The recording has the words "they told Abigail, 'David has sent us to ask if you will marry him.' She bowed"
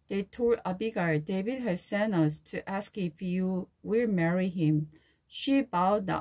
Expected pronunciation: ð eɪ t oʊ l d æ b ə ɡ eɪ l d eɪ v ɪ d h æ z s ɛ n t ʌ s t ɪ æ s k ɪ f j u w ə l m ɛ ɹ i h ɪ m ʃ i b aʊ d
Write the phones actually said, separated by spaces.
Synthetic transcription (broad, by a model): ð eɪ t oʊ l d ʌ b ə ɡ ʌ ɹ d eɪ v ɪ d h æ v s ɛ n ʌ s t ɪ æ s k ɪ f j u w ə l m ɛ ɹ i h ɪ m ʃ i b aʊ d